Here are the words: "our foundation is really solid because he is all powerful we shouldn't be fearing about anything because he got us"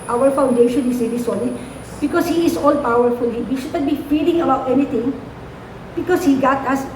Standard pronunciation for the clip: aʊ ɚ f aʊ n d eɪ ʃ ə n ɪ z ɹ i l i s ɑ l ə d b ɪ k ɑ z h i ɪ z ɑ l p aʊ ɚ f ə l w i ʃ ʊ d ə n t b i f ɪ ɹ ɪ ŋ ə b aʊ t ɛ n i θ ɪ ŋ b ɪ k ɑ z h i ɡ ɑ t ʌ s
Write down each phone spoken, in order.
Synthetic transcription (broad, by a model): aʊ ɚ f aʊ n d eɪ ʃ ə n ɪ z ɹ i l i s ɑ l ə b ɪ k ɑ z h i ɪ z ɑ l p aʊ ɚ f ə l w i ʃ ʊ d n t b i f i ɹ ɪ ŋ ə b aʊ t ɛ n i t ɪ ŋ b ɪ k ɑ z h i ɡ ɑ t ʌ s